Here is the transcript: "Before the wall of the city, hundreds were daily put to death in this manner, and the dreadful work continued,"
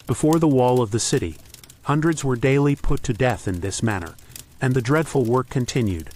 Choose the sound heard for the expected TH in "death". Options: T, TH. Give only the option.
TH